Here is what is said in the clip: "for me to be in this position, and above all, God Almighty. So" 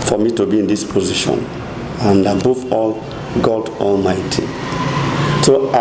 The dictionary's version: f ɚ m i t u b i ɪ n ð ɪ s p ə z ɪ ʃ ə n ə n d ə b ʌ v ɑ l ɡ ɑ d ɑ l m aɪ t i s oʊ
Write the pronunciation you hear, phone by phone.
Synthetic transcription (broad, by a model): f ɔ m i t u b i ɪ n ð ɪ s p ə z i ʃ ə n ə n d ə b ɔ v ɑ l ɡ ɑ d ɑ l m aɪ t i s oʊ